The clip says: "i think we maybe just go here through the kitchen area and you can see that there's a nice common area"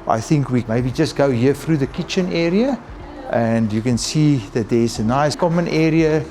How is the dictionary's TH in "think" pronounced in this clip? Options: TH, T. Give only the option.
TH